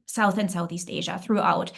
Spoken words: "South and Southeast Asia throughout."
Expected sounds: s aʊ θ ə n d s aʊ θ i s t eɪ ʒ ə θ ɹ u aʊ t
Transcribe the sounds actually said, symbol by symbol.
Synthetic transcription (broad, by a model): s aʊ θ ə n s aʊ θ i s t eɪ ʒ ə θ ɹ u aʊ t